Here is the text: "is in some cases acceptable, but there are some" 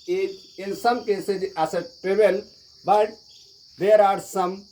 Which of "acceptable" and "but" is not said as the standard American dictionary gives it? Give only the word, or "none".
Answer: acceptable